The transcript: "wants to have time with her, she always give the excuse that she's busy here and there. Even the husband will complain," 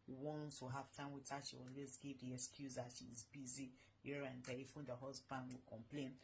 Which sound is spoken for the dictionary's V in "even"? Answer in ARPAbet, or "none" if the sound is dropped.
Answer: F